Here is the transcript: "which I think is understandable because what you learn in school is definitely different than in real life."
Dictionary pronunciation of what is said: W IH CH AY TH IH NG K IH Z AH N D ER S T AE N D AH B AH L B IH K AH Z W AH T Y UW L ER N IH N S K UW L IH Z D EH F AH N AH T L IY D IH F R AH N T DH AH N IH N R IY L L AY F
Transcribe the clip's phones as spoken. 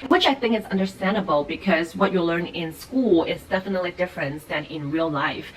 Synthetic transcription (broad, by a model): W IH CH AY TH IH NG K IH Z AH N D ER S T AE N D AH B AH L B IH K AH Z W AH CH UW L ER N IH N S K UW L IH Z D EH F AH N AH T L IY D IH F R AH N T DH AH N IH N R IY L L AY F